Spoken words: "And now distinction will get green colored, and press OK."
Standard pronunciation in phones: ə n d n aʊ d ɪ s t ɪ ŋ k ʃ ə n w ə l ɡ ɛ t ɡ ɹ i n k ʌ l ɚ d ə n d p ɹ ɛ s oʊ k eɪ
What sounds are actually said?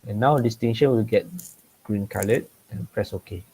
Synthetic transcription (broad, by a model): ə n n aʊ d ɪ s t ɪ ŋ ʃ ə n w ə l ɡ ɛ t ɡ ɹ i n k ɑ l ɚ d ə n p ɹ ɛ s oʊ k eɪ